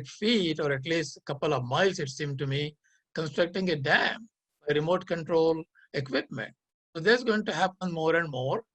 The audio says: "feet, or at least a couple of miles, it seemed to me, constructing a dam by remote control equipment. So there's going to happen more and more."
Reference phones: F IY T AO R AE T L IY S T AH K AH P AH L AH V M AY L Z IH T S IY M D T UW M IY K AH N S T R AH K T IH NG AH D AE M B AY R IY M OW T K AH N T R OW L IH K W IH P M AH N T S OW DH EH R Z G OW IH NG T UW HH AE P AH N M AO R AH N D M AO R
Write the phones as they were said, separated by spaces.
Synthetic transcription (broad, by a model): F IY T AO R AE T L IY S T K AH P AH L AH V M AY L S IH T S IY M T UW M IY K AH N S T R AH K T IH NG AH D AE M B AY R IY M OW T K AH N T R OW L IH K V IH P M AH N T S OW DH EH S G OW IH NG T UW HH AE P AH N M AO R AH N D M AO R